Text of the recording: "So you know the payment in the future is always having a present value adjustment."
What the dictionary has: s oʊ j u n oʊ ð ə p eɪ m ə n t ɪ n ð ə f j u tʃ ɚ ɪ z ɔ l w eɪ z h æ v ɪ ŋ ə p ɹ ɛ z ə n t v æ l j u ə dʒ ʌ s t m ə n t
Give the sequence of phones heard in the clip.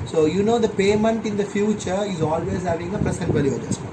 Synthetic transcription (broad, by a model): s oʊ j u n oʊ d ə p eɪ m ə n t ɪ n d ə f j u tʃ ɚ ɪ z ɔ l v eɪ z h æ v ɪ ŋ ə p ɹ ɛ s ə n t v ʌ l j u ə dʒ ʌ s